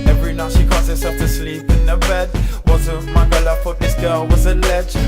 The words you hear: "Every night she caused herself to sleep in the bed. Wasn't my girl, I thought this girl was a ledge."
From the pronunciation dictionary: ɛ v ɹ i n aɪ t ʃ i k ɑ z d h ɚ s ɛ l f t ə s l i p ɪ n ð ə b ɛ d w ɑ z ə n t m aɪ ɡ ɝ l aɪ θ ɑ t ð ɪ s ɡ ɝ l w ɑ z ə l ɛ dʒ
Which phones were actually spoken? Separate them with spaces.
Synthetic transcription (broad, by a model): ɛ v ɹ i n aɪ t ʃ i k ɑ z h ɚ s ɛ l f t ə s l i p ɪ n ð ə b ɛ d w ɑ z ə m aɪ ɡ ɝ l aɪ f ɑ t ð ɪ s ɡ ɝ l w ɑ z ə l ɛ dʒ